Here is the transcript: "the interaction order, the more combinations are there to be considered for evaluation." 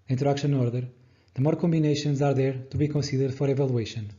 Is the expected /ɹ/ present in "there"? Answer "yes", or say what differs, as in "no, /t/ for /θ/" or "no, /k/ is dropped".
yes